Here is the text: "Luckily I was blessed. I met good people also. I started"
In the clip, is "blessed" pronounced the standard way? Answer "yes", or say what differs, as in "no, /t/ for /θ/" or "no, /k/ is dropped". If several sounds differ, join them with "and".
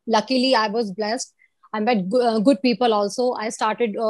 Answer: yes